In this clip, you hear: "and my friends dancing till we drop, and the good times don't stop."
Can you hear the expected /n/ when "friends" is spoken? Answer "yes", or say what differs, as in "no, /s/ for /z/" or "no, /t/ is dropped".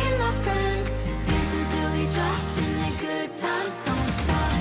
yes